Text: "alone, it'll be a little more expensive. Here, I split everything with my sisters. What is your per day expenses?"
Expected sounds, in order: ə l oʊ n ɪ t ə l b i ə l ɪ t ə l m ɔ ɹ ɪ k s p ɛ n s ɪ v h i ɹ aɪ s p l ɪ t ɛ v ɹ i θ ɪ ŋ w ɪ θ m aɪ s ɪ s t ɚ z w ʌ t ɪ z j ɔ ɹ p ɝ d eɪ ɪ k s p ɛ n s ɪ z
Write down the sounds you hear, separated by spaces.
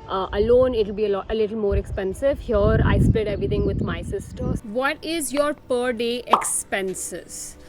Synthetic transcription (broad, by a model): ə l oʊ n ɪ t ə l b i ə l ɪ t ə l m ɔ ɹ ɪ k s p ɛ n s ɪ v h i ɹ aɪ s p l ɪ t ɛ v ɹ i t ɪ ŋ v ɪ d m aɪ s ɪ s t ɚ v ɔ t ɪ z j ɔ ɹ p ɝ d eɪ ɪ k s p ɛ n s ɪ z